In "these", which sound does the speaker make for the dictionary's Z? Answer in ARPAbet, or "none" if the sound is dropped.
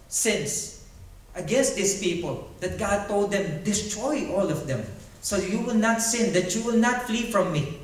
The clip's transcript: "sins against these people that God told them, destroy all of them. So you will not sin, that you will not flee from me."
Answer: S